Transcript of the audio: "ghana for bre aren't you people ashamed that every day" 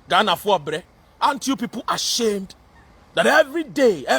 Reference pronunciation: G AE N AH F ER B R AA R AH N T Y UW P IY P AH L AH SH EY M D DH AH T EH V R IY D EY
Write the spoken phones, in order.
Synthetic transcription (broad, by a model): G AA N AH F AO B R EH AH N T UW P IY P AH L AH SH EY M D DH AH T EH V R IY D EY